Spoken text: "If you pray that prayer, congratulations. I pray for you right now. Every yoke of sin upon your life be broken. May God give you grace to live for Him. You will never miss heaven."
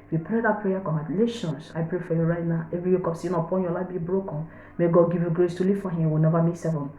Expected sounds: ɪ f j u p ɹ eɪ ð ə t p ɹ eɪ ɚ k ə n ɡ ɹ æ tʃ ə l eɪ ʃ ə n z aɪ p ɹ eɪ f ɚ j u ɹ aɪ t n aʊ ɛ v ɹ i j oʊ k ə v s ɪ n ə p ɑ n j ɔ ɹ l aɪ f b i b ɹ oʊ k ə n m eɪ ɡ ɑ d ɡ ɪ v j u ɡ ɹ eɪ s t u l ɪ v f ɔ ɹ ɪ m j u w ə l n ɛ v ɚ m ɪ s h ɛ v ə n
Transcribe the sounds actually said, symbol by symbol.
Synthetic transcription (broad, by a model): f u p ɹ eɪ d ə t p ɹ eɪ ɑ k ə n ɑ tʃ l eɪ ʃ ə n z aɪ p ɹ eɪ f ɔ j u ɹ aɪ t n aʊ ɛ v ɹ i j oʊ k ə p s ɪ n ə p ɑ n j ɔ l aɪ f b i b ɹ oʊ k ə n m eɪ ɡ ɑ d ɡ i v j u ɡ ɹ eɪ s t u l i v f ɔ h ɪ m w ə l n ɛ v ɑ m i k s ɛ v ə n